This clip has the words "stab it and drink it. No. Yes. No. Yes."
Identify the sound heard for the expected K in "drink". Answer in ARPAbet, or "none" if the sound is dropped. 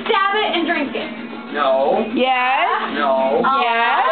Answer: K